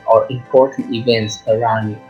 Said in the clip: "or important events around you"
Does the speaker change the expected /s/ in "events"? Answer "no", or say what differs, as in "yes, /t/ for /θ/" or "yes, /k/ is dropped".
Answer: no